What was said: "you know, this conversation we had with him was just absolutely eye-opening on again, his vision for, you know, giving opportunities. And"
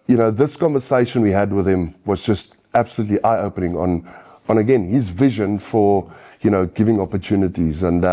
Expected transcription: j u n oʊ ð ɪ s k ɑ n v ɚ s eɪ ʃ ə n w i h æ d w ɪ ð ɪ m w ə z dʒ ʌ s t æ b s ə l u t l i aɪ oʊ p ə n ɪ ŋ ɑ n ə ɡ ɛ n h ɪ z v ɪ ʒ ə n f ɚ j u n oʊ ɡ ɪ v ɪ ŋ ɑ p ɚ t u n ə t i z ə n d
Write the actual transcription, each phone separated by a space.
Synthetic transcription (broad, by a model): j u n oʊ ð ɪ s k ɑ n v ɚ s eɪ ʃ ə n w i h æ d w ɪ ð ɪ m w ə z dʒ ʌ s t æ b s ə l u t l i aɪ oʊ p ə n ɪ ŋ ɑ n ə ɡ ɛ n h ɪ z v ɪ ʒ ə n f ɚ j u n oʊ ɡ ɪ v ɪ ŋ ɑ p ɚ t u n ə t i z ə n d